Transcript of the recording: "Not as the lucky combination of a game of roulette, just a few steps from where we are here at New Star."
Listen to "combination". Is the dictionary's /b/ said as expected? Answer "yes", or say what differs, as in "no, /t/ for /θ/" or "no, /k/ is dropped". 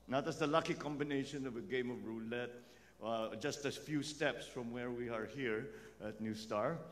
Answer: yes